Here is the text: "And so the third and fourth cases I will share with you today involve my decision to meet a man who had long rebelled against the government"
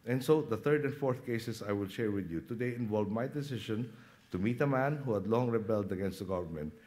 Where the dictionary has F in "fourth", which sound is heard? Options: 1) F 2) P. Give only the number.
1